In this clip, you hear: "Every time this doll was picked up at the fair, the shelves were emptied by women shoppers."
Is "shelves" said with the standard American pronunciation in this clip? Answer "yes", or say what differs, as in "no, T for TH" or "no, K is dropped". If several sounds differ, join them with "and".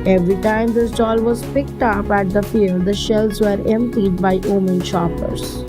no, V is dropped